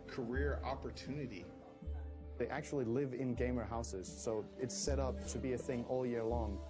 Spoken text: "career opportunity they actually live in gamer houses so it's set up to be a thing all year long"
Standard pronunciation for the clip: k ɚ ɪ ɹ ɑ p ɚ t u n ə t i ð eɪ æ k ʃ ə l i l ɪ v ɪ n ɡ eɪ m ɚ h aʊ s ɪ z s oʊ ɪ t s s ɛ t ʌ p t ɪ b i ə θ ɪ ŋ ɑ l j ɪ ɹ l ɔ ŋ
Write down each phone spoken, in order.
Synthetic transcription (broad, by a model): k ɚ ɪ ɹ ɑ p ɚ t u n ə t i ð eɪ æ k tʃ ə l i l ɪ v ɪ n ɡ eɪ m ɚ h aʊ s ɪ z s oʊ ɪ t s s ɛ t ʌ p t ɪ b i ə θ ɪ ŋ ɑ l j ɪ ɹ l ɔ ŋ